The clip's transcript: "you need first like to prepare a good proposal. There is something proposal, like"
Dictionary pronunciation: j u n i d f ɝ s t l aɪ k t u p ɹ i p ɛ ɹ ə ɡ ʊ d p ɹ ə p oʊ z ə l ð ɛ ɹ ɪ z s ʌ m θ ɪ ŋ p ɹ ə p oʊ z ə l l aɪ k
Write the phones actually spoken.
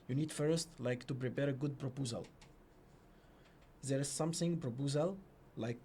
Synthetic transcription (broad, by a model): j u n i d f ɝ s t l aɪ k t u p ɹ i p ɛ ɹ ə ɡ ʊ d p ɹ ə p oʊ z ə l ð ɛ ɹ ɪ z s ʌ m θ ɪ ŋ p ɹ ə p oʊ z ə l l aɪ k